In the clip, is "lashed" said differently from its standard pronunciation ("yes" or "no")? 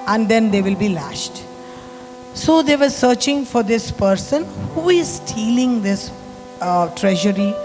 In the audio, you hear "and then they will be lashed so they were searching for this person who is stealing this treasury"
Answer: no